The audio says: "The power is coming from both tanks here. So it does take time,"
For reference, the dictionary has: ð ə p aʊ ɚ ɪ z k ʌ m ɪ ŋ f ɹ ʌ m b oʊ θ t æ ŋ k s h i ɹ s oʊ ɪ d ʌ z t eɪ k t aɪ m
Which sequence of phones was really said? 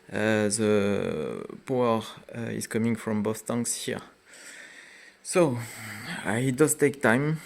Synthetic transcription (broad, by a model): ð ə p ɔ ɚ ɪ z k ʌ m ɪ ŋ f ɹ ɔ m b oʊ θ t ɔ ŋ s h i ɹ s oʊ ɪ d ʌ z t eɪ k t aɪ m